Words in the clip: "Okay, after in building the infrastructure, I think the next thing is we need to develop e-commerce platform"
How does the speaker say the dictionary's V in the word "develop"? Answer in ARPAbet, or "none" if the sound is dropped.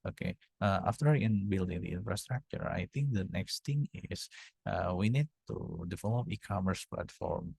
F